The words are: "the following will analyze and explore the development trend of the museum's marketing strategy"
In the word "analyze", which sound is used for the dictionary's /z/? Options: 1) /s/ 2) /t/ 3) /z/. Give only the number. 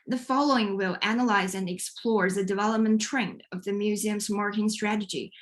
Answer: 3